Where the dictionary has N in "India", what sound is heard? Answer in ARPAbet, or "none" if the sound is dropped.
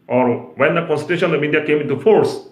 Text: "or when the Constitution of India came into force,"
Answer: none